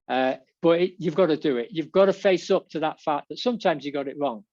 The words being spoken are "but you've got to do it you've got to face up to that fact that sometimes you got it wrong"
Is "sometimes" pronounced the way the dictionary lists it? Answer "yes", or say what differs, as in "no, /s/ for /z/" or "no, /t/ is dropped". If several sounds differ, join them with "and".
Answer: yes